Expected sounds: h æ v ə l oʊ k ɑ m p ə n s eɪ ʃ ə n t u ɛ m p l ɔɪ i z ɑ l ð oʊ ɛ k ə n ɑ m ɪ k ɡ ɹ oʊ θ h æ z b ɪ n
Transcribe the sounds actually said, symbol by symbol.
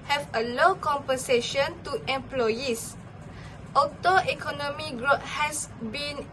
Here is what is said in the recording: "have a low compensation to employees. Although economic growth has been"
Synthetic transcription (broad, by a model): h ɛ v ə l oʊ k ɑ m p ə n s eɪ ʃ ə n t u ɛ m p l ɔɪ i s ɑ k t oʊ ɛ k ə n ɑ m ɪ ɡ ɹ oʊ t h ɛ s b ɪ n